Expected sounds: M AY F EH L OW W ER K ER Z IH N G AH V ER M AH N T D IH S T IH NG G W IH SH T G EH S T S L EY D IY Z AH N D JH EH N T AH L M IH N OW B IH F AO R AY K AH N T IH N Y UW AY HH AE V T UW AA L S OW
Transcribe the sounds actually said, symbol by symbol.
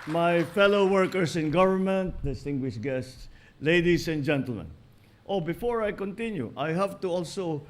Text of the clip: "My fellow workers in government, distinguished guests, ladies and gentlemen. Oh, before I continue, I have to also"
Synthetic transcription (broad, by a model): M AY F EH L OW W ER K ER S IH N G AH V ER M AH N T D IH S T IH NG G W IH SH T G EH S T S L EY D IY S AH N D JH EH N T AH L M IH N OW B IH F AO R AY K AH N T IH N Y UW AY HH AE V T UW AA L S OW